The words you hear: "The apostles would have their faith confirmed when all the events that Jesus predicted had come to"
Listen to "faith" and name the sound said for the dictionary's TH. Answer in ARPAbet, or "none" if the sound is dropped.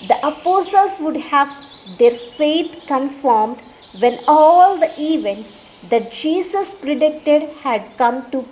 T